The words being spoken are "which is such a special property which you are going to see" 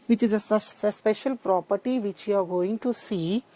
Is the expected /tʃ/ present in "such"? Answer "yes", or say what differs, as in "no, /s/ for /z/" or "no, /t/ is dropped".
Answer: no, /s/ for /tʃ/